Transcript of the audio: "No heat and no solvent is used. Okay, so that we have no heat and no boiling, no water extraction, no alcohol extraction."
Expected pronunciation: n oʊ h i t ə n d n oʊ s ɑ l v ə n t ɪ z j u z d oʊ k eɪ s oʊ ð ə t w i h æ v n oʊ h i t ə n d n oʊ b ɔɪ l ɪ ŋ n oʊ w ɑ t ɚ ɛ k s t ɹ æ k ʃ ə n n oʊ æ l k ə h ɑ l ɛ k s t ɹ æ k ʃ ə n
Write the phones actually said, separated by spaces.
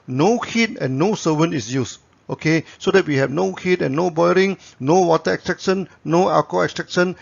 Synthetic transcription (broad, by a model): n oʊ h i t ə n n oʊ s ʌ v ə n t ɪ s j u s oʊ k eɪ s oʊ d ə t w i h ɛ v n oʊ h i t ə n n oʊ b ɔɪ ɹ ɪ ŋ n oʊ w ɑ t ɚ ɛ k s t ɹ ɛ k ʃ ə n n oʊ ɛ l k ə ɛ k s t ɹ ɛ k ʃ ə n